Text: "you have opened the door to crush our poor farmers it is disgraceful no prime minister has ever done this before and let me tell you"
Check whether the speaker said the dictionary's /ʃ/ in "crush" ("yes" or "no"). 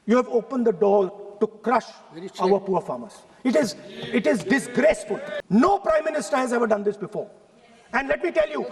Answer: yes